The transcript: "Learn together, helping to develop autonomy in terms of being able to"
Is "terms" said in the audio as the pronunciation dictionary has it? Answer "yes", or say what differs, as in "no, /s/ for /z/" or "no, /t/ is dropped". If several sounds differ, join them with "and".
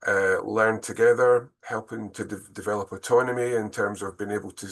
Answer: yes